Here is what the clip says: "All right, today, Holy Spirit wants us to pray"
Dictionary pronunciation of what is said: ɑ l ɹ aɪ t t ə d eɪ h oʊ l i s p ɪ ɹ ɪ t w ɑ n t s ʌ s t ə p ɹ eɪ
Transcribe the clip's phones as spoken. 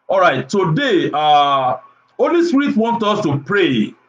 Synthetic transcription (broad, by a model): ɑ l ɹ aɪ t t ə d eɪ h oʊ l i s p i ɹ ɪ t w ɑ n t ɔ s t ə p ɹ eɪ